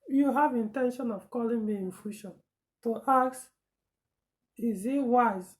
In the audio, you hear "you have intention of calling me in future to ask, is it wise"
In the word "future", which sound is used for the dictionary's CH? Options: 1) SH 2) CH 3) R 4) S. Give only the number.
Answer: 1